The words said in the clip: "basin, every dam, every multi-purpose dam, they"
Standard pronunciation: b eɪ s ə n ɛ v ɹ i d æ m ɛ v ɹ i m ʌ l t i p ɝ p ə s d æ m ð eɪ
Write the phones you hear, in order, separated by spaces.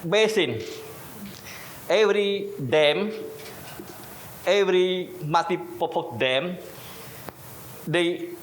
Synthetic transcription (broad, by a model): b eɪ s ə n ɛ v ɹ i d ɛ m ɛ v ɹ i m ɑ t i p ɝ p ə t d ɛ m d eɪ